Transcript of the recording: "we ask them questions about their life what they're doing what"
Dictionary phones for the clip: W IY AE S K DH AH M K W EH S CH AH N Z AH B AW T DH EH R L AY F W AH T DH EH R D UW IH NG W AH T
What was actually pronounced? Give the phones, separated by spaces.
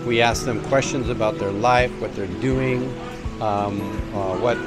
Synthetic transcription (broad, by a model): W IY AE S K DH AH M K W EH S CH AH N Z AH B AW T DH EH R L AY F W AH T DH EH R D UW IH NG W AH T